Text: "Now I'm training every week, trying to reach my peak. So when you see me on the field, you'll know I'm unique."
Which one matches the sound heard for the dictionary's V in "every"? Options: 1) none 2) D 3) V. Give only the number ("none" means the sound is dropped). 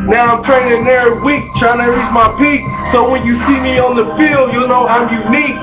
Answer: 1